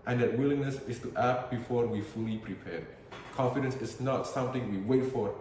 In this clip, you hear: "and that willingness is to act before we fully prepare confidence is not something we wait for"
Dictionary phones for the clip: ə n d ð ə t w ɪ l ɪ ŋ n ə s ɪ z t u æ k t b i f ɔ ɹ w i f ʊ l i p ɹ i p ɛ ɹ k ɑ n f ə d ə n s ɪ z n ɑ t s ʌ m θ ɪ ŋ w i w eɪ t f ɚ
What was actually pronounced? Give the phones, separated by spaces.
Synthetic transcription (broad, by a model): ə n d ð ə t w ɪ l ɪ ŋ n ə s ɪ s t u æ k b i f ɔ ɹ w i f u l i p ɹ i p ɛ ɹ k ɑ n f ə d ə n s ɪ s n ɑ t s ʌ m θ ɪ ŋ w i w eɪ t f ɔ